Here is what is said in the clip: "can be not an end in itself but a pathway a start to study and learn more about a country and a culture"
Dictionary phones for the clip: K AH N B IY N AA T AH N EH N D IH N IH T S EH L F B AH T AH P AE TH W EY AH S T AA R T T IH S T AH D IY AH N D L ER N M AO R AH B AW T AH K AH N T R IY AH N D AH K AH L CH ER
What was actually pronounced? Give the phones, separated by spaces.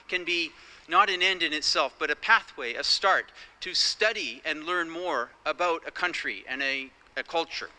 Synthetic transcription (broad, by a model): K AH N B IY N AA T AH N EH N D IH N IH T S EH L F B AH T AH P AE TH W EY AH S T AA R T T IH S T AH D IY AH N L ER N M AO R AH B AW T AH K AH N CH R IY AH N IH AH K AH L CH ER